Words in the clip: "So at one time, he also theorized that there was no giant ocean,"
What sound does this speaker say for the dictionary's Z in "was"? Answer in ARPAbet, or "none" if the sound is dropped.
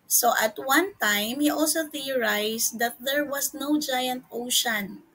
S